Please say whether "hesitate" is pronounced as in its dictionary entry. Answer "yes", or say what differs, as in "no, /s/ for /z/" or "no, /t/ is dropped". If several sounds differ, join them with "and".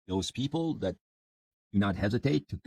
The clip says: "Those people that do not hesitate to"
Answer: yes